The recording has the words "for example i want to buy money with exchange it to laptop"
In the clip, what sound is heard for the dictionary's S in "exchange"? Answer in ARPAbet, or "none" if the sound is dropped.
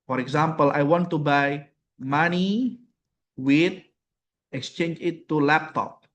S